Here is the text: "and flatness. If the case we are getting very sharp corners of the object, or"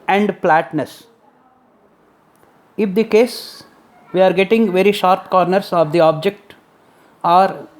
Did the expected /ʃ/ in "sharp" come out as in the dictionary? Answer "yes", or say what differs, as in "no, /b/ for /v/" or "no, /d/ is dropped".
yes